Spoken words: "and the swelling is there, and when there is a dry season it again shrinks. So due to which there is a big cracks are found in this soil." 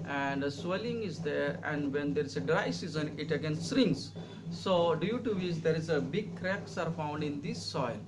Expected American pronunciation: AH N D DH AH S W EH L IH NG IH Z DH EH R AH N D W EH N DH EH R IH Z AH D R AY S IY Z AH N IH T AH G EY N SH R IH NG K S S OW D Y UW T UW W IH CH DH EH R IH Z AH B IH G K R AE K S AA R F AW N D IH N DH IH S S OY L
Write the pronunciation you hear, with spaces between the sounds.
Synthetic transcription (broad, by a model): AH N D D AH S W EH L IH NG IH Z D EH R AH N D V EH N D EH R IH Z AH D R AY S IY Z AH N IH T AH G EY N S R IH NG S S OW D Y UW T UW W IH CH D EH R IH Z AH B IH G K R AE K S AA R F AW N D IH N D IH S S OY L